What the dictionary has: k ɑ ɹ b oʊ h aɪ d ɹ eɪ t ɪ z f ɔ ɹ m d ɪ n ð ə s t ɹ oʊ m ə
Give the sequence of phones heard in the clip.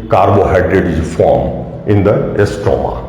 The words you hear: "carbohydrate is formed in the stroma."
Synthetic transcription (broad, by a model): k ɑ ɹ b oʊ h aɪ d ɹ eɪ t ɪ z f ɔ ɹ m ɪ n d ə s t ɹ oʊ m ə